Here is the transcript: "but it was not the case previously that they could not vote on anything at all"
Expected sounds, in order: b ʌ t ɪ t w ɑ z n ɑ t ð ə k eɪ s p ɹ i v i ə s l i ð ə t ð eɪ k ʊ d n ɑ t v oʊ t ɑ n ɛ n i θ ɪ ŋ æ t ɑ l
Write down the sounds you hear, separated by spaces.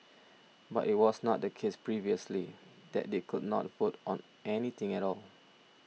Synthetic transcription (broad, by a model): b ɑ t ɪ t w ɑ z n ɑ t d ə k eɪ s p ɹ i v i ə s l i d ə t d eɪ k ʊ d n ɑ t f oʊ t ɑ n ɛ n i t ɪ ŋ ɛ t ɑ l